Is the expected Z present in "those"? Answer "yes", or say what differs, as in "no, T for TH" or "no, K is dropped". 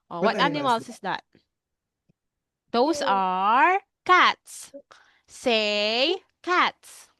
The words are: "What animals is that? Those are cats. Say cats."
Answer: no, S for Z